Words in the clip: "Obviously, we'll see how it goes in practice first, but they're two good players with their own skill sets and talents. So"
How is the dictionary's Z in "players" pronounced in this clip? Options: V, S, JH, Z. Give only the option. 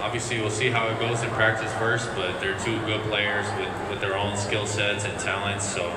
Z